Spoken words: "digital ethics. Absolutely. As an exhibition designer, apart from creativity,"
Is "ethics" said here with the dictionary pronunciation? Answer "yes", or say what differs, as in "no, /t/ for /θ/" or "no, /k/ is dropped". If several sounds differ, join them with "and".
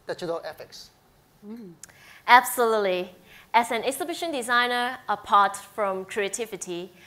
no, /f/ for /θ/